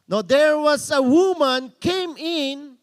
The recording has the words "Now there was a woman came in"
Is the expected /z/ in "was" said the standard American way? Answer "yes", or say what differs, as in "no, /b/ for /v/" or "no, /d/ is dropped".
no, /s/ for /z/